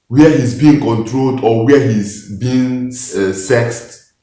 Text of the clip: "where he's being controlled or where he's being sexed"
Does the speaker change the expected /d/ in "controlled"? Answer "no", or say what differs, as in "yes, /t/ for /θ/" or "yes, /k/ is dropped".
no